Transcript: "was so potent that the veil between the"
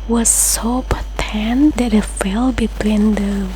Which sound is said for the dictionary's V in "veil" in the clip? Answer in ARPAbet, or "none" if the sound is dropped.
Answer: F